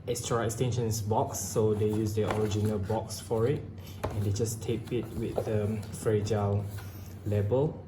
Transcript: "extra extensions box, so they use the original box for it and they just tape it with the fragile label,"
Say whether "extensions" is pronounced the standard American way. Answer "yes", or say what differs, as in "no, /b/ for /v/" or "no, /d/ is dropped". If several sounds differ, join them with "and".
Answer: no, /s/ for /z/